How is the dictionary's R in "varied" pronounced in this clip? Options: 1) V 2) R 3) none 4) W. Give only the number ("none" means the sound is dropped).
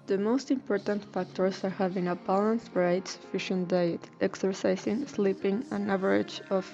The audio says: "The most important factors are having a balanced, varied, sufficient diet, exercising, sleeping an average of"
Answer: 3